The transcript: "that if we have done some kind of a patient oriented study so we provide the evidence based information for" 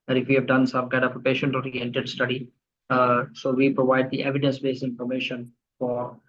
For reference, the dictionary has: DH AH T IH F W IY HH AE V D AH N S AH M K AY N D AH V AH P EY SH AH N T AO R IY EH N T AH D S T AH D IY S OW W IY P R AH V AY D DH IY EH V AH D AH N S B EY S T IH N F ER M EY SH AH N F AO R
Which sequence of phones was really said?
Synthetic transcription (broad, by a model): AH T IH F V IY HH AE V D AH N S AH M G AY D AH P AH P EY SH AH N T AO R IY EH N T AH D S T AH D IY S OW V IY P R AH V AY D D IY EH V AH D AH N S B EY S IH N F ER M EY SH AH N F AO R